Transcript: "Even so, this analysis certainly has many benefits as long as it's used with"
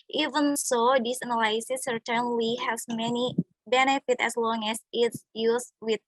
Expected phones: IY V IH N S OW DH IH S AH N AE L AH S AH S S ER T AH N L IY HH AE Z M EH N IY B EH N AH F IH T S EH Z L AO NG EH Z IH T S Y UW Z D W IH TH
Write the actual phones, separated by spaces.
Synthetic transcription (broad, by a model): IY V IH N S OW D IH S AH N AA L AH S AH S S ER T AH N L IY HH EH S M EH N IY B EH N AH F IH T EH S L AO NG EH S IH T S Y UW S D W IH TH